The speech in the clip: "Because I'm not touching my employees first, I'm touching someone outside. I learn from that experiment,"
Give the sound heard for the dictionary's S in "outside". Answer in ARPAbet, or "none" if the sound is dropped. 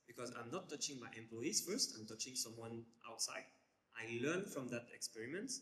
S